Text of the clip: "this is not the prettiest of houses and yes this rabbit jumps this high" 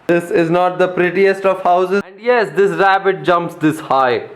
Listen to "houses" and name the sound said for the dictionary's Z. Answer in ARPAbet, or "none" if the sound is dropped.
none